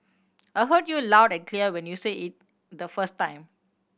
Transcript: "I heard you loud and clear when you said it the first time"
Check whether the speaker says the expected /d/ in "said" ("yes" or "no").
no